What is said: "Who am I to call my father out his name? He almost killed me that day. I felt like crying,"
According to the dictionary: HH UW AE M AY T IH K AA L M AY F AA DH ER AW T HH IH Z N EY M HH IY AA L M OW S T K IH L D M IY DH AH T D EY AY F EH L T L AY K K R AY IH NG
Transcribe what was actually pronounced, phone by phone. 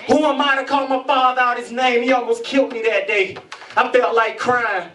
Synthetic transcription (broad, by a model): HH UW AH M AY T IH K AA L M AY F AA DH ER AW T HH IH Z N EY M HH IY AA L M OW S K IH L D M IY DH AH T D EY AY F EH L T L AY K K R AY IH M